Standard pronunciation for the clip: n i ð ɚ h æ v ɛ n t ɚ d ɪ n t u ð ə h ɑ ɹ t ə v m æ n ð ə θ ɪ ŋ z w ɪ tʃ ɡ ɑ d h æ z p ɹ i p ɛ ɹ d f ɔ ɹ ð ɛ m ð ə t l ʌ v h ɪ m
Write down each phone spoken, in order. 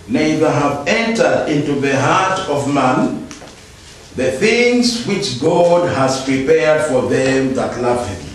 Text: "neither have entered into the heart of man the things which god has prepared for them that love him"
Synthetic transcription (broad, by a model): n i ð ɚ h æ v ɛ n t ɚ d ɪ n t u ð ə h ɑ ɹ t ə v m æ n ð ə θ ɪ ŋ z w ɪ tʃ ɡ ɑ d h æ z p ɹ i p ɛ ɹ d f ɔ ɹ ð ɛ m ð ə t l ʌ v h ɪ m